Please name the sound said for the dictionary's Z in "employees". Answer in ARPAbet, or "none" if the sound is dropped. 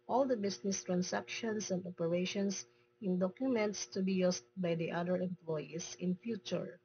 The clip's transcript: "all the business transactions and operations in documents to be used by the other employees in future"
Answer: S